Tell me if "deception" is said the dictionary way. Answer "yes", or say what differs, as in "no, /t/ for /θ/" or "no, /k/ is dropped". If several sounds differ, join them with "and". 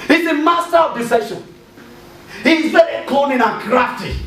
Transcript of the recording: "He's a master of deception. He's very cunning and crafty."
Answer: no, /p/ is dropped